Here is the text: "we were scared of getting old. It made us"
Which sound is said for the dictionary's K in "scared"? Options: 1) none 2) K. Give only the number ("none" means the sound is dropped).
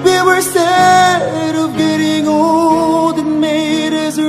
1